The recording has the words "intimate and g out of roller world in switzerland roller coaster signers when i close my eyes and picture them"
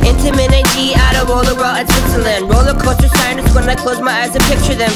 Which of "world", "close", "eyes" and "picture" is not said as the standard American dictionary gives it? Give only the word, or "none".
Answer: world